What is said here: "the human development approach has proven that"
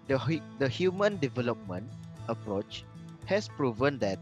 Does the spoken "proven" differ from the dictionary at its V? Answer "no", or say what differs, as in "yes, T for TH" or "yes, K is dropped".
no